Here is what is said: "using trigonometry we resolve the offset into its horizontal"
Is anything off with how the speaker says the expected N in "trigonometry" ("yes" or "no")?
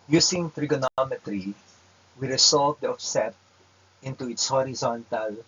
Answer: no